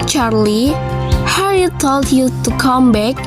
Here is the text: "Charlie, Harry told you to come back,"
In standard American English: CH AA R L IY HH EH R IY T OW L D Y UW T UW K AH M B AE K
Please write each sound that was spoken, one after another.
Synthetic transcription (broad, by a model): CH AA R L IY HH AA IY T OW L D Y UW T UW K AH M B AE K